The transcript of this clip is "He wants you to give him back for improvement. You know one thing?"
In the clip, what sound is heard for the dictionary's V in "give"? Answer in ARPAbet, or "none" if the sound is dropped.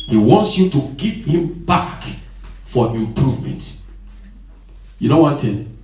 P